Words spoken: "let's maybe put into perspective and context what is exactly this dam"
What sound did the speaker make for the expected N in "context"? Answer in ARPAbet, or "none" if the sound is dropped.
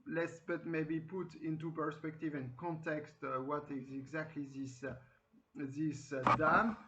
N